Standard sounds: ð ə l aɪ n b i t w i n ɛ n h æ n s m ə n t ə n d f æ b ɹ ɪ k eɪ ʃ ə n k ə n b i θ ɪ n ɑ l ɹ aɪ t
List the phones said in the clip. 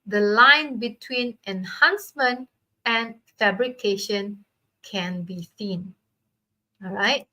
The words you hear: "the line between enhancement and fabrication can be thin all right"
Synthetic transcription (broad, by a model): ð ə l aɪ n b i t w i n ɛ n h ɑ n s m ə n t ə n f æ b ɹ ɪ k eɪ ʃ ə n k ə n b i s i n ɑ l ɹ aɪ t